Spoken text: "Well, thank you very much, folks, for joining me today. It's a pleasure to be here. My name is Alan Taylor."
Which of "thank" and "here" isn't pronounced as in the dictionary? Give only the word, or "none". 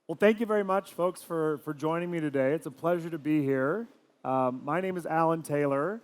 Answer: none